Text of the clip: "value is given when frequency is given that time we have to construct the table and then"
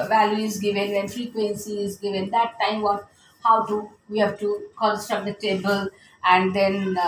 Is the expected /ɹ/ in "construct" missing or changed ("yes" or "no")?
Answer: yes